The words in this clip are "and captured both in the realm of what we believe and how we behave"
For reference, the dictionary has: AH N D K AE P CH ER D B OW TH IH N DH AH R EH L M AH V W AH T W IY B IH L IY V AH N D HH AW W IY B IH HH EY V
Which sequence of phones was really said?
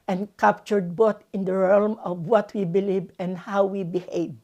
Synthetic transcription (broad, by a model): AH N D K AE P CH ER D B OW T IH N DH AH R EH L M AH V W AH T W IY B IH L IY V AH N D HH AW W IY B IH HH EY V